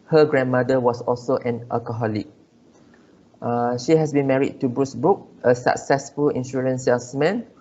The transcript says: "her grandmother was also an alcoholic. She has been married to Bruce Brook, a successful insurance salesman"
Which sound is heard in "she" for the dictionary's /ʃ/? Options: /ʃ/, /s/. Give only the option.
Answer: /ʃ/